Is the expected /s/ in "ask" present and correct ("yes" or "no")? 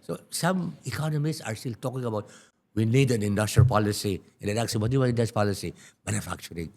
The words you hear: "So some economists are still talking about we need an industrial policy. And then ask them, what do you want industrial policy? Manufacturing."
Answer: no